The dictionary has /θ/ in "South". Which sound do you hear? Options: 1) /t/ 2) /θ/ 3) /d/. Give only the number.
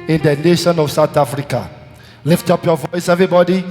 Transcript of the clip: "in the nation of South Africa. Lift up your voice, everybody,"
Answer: 1